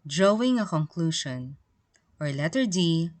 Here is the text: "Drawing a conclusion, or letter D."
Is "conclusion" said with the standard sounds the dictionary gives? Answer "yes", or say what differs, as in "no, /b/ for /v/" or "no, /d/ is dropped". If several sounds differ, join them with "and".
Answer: no, /ʃ/ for /ʒ/